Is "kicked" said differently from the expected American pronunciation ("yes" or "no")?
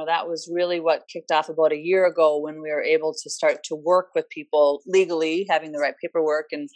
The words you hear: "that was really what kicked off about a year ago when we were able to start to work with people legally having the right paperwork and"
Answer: no